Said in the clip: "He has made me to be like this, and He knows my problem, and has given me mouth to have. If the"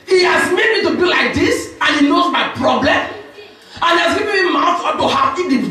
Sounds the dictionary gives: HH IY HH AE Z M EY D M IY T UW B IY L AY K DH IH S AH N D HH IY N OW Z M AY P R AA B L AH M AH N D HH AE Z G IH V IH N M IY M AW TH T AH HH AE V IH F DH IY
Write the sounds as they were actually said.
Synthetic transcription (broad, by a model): HH IY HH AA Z M EY D M IY T UW B IY L AY K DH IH S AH N HH IY N OW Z M AY P R AA B L AH M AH N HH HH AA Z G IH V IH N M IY M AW F T AH HH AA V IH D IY